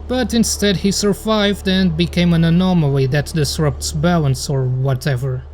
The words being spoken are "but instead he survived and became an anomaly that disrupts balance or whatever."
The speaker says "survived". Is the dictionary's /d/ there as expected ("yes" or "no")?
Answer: yes